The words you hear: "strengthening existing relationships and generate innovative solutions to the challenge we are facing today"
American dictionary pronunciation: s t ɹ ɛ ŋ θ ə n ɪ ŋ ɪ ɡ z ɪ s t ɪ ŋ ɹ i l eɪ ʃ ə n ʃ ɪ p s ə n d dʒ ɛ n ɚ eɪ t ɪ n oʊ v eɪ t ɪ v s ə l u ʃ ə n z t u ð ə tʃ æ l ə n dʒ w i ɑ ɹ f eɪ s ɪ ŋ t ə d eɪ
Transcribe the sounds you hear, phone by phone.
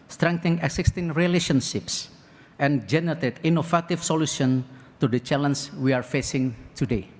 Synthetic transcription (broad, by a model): s t ɹ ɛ ŋ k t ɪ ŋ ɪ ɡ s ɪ s t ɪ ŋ ɹ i l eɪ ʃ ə n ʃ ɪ p s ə n dʒ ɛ n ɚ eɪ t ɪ n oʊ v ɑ t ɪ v s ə l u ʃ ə n t u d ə tʃ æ l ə n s w i ɑ ɹ f eɪ s ɪ ŋ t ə d eɪ